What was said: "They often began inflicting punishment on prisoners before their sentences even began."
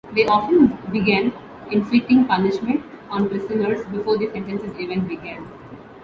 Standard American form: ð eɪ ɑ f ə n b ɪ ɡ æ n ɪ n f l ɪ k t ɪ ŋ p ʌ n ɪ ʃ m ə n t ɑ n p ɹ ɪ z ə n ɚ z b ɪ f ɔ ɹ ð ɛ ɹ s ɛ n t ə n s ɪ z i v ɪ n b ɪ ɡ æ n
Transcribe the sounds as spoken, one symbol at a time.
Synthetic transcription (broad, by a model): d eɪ ɑ f ə n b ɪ ɡ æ n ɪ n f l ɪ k t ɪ ŋ p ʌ n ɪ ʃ m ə n t ɑ n p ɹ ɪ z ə n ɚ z b ɪ f ɔ ɹ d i s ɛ n t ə n s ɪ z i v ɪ n b ɪ ɡ æ n